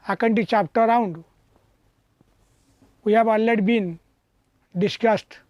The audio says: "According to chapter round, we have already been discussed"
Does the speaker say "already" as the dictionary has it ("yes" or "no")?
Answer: no